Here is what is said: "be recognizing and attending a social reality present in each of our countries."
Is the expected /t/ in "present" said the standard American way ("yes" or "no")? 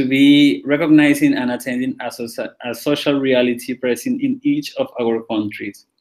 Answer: no